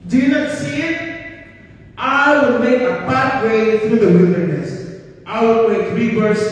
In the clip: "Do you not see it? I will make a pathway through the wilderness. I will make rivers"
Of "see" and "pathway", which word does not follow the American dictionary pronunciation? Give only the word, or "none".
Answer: pathway